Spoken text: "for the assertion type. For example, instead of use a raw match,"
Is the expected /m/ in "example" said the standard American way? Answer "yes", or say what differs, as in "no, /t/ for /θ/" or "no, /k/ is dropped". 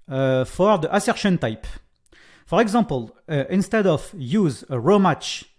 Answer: no, /m/ is dropped